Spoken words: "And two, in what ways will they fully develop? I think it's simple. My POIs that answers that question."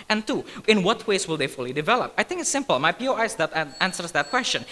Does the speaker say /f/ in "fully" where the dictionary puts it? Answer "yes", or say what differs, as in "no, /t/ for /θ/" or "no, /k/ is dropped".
yes